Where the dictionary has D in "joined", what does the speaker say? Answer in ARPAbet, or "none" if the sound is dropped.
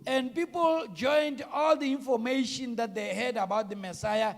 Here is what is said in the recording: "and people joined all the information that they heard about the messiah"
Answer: D